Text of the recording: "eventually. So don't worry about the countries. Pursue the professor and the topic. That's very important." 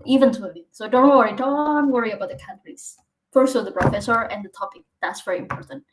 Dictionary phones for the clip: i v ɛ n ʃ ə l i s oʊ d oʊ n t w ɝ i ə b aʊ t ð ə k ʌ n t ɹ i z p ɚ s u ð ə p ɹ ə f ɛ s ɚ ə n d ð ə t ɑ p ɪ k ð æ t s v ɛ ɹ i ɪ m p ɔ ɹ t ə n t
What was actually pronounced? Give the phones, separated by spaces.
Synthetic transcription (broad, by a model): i v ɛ n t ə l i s oʊ d oʊ n t w ɝ i ə b aʊ t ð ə k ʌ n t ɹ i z f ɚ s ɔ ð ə p ɹ ə f ɛ s ɚ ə n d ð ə t ɑ p ɪ k ð æ t s v ɛ ɹ i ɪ m p ɔ ɹ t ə n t